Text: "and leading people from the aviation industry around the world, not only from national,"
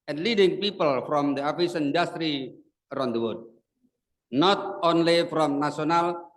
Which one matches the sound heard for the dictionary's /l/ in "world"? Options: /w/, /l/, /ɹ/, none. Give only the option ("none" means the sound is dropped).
none